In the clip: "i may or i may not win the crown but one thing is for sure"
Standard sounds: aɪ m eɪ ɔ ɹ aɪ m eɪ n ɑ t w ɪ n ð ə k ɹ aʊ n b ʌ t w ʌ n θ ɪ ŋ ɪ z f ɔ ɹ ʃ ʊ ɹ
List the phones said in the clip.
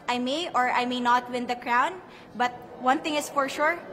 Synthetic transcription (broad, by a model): aɪ m eɪ ɔ ɹ aɪ m eɪ n ɑ t w ɪ n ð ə k ɹ aʊ n b ʌ t w ʌ n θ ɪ ŋ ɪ s f ɔ ɹ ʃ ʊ ɹ